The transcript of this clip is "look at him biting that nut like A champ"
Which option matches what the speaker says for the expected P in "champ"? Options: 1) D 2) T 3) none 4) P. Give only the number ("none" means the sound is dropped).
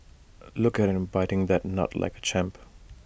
4